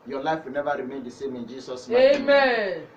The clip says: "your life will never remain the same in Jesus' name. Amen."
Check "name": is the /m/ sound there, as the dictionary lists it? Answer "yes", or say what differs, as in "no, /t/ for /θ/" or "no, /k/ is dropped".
no, /m/ is dropped